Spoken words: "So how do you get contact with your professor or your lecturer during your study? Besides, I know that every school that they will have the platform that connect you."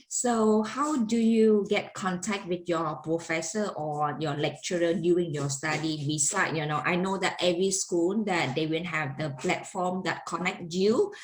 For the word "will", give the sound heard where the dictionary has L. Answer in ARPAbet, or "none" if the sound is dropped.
N